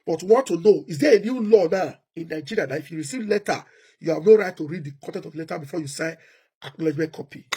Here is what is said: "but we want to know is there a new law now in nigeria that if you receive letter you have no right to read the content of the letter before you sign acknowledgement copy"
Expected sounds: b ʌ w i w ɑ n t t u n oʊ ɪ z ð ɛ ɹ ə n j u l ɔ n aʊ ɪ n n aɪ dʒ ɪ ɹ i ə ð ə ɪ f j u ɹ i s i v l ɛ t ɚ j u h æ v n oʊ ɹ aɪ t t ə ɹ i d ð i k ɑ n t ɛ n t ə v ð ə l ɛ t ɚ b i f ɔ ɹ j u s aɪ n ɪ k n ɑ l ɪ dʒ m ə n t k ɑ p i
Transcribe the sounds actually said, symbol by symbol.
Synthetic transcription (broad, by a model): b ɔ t w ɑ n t t u n oʊ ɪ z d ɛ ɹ ə n j u l ɔ n aʊ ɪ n n aɪ dʒ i ɹ i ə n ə ɪ f j u ɹ i s i v l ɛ t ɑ j u h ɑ v n oʊ ɹ aɪ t t ə ɹ i d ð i k ɑ n t ɛ n t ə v l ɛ t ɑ b i f ɔ j u s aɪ ɪ k n ɑ l ɪ dʒ m ə n t k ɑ p i